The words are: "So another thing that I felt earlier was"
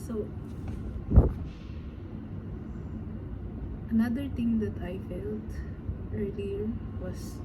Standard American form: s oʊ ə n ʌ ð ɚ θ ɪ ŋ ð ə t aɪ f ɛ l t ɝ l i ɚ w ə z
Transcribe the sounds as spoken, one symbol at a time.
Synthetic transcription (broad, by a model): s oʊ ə n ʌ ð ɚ t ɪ ŋ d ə t aɪ f ɛ l t ɝ l i ɚ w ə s